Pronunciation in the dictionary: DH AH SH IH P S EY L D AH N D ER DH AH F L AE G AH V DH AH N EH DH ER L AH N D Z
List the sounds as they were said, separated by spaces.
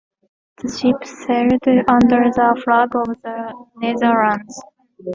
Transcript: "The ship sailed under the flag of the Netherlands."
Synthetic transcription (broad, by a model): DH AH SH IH P S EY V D AH N D ER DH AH F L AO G AH V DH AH N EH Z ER AH N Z